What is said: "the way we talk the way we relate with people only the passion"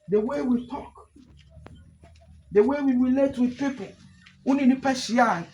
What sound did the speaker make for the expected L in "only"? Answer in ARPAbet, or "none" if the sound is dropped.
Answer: none